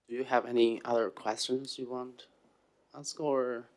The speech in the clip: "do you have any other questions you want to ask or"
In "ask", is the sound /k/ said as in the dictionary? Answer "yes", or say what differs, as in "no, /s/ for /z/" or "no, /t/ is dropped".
yes